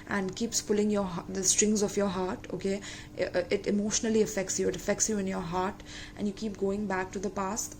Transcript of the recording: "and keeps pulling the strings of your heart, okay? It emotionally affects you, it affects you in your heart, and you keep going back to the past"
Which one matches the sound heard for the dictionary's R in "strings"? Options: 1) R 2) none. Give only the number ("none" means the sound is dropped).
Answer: 1